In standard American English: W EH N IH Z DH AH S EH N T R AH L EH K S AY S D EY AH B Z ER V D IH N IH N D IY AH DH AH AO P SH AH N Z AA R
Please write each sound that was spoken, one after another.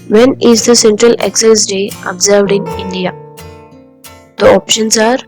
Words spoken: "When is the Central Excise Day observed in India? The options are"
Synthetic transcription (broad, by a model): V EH N IH Z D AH S EH N T R AH L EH K S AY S D EY AH B Z ER V D IH N IH N D IY AH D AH AO P SH AH N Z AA R